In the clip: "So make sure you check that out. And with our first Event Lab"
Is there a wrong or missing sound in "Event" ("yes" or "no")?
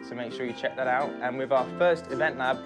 no